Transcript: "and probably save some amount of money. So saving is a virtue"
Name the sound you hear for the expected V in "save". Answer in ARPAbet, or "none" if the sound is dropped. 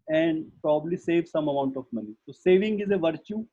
V